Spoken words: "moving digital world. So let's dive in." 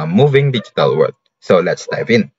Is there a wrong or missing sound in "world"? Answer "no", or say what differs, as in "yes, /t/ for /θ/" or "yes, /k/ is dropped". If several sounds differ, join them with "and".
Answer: yes, /l/ is dropped